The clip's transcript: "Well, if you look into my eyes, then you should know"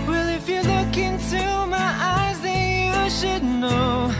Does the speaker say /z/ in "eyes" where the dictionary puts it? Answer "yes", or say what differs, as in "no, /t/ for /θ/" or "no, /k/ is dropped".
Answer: yes